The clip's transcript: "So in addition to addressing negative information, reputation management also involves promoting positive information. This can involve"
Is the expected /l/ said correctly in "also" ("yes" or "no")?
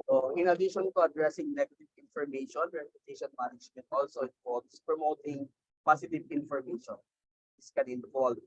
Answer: yes